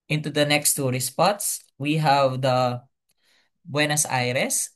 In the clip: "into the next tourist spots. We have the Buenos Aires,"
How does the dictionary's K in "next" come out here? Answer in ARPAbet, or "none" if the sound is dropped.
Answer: K